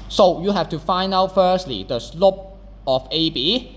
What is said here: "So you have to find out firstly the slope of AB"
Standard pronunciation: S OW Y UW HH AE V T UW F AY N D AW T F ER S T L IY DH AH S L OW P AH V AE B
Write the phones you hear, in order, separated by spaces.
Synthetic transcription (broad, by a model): S OW Y UW HH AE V T UW F AY N AW T F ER S T L IY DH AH S L OW P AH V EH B